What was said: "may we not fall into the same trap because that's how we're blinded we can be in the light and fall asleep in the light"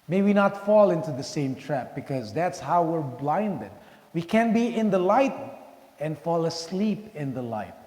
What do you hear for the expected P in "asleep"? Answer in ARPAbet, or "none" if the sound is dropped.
P